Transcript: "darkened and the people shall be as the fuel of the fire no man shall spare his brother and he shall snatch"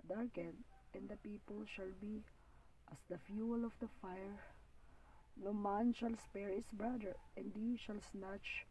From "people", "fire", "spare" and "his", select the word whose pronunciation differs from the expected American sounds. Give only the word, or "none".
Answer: his